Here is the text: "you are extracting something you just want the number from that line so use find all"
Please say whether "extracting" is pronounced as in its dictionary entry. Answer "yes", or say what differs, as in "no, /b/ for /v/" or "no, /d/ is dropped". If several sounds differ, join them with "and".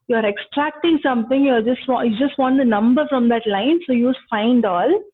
yes